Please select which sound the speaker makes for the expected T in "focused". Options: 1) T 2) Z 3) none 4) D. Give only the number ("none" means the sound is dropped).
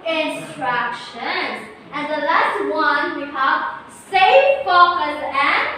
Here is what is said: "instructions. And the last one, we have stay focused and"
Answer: 3